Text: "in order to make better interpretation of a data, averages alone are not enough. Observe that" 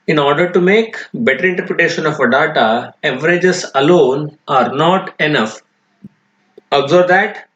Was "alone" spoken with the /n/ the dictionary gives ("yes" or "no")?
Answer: yes